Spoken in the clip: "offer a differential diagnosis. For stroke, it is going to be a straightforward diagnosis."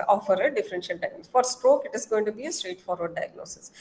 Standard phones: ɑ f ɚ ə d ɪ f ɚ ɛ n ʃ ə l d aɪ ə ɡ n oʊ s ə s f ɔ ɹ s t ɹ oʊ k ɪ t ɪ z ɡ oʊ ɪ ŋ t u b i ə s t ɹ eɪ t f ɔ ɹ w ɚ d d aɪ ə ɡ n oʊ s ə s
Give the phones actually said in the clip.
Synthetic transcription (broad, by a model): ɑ f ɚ ə d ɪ f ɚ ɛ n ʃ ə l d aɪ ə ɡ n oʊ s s f ɔ ɹ s t ɹ oʊ k ɪ t ɪ z ɡ oʊ ɪ ŋ t u b i ə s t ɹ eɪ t f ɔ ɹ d d aɪ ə ɡ n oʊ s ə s